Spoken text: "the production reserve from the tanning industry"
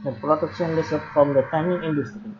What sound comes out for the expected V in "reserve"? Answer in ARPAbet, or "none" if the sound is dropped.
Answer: P